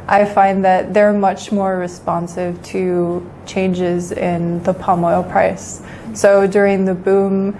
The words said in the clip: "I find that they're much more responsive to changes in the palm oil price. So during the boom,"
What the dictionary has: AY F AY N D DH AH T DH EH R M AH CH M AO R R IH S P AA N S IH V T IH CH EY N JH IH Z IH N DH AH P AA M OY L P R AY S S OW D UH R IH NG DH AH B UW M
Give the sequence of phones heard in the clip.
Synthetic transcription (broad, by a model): AY F AY N DH AH T DH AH R M AH CH M AO R R IH S P AA N S IH V T IH CH EY N JH IH Z IH N DH AH P AA M OY L P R AY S S OW D UH R IH NG DH AH B UW M